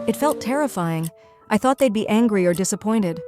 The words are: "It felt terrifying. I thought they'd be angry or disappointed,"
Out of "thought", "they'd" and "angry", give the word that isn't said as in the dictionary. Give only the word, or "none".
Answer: none